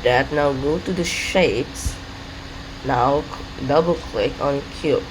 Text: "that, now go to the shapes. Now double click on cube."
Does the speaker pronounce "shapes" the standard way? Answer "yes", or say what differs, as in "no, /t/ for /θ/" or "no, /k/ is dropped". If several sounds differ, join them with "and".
yes